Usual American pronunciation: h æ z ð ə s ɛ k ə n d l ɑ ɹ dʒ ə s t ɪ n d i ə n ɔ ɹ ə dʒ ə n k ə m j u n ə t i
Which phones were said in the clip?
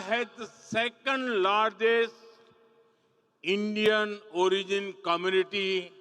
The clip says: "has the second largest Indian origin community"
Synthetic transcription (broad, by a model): h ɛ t s ɛ k ə n d l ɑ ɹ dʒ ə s ɪ n d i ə n ɔ ɹ ə dʒ ə n k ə m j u n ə t i